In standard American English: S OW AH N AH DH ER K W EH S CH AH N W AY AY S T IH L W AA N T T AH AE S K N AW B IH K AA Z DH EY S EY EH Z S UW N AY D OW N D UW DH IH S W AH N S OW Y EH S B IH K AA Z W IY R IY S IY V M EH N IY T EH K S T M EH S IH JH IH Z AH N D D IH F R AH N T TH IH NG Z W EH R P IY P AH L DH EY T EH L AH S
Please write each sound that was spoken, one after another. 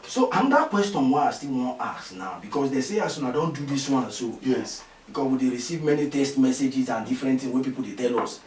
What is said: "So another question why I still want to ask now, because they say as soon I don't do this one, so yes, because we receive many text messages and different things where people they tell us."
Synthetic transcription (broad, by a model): S OW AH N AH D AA K W EH S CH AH N W AY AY S T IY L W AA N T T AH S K N AW B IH K AA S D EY S EY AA S UW N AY D OW N D UW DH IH S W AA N S OW Y EH S B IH K AA S W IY R IY S IY V M EH N IY T EH S T M EH S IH JH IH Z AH N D D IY F R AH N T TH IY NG W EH P IY P AH L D EY T EH L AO S